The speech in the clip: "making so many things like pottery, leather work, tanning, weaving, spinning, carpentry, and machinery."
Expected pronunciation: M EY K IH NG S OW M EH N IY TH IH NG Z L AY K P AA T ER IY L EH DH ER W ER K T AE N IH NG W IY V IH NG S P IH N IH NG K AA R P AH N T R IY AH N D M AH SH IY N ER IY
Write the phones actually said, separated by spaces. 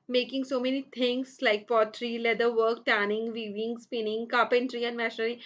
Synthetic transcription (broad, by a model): M EY K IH NG S OW M EH N IY T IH NG S L AY K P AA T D IY L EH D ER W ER K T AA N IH NG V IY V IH NG S P IH N IH NG K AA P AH N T R IY AH N D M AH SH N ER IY